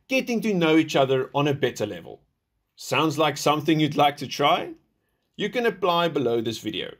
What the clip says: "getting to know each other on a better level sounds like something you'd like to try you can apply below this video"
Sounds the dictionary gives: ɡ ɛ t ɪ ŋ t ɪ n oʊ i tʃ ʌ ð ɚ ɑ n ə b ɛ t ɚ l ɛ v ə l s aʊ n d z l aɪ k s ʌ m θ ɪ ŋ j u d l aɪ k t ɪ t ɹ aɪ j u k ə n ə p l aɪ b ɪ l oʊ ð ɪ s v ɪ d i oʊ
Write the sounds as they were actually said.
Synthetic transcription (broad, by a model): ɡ ɛ t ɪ ŋ t ɪ n oʊ i tʃ ʌ ð ɚ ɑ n ə b ɛ t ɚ l ɛ v ə l s aʊ n d z l aɪ k s ʌ m θ ɪ ŋ j u d l aɪ k t ɪ t ɹ aɪ j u k ə n ə p l aɪ b ɪ l oʊ ð ɪ s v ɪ d i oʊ